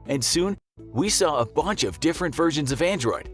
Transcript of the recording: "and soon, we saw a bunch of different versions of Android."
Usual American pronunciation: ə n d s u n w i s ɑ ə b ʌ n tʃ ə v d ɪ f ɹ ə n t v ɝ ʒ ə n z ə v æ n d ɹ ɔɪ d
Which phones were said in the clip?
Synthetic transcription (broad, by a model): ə n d s u n w i s ɑ ə b ʌ n tʃ ə v d ɪ f ɹ ə n t v ɝ ʒ ə n z ə v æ n d ɹ ɔɪ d